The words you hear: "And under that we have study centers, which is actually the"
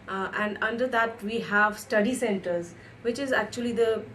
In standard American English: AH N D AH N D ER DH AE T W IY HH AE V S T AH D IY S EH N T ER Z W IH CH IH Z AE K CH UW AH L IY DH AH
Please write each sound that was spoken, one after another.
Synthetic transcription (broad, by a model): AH N D AH N D ER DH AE T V IY HH AE V S T AH D IY S EH N T ER Z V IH CH IH Z AE K CH UW AH L IY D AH